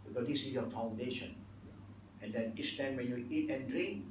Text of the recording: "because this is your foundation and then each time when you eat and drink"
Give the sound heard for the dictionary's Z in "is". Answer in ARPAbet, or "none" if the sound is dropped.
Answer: S